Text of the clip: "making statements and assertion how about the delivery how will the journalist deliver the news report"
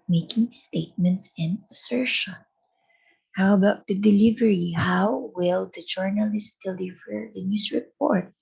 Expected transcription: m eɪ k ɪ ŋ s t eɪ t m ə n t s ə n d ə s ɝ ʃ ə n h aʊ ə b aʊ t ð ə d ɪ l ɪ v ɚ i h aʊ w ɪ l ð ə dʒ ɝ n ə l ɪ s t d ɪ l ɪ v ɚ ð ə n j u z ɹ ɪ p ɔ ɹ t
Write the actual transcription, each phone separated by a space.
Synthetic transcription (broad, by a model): m eɪ k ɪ ŋ s t eɪ t m ə n t s ə n d ə s ɝ ʃ ə n h aʊ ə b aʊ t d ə d ɪ l ɪ v ɚ i h aʊ w ɪ l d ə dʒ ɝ n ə l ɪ s t d ɪ l ɪ v ɚ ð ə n j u s ɹ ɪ p ɔ ɹ t